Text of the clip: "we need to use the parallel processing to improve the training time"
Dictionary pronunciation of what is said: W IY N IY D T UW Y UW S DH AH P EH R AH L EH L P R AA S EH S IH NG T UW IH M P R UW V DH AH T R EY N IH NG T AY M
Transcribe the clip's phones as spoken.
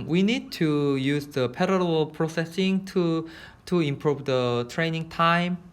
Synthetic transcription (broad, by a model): W IY N IY D T UW Y UW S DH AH P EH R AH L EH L P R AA S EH S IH NG T UW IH M P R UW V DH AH T R EY N IH NG T AY M